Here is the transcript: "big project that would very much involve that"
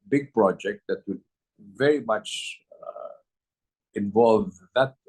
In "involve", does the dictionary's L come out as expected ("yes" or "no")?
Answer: yes